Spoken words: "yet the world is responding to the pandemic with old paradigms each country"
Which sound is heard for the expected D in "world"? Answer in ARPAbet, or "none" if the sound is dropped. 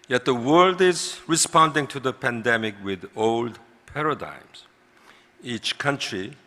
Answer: D